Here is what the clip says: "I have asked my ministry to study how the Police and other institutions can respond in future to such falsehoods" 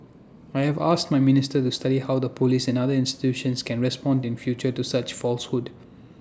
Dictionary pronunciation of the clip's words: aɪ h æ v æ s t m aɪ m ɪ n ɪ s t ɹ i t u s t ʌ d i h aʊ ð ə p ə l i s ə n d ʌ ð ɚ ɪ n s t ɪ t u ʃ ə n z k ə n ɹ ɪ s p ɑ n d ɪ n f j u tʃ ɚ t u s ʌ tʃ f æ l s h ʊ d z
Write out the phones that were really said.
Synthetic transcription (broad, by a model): aɪ h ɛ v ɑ s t m aɪ m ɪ n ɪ s t i t u s t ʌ d i h aʊ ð ə p ə l i s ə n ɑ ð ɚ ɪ n s t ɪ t u ʃ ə n s k ə n ɹ ɪ s p ɑ n d ɪ n f j u tʃ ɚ t u s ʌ tʃ f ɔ l s h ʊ d